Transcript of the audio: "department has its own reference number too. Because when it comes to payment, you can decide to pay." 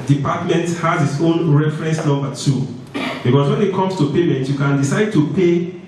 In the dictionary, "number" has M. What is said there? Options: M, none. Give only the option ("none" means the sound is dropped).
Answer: none